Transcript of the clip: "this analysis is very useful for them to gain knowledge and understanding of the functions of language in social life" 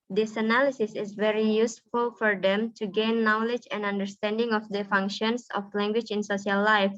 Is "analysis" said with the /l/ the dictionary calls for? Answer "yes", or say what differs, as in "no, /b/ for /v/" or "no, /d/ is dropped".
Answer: yes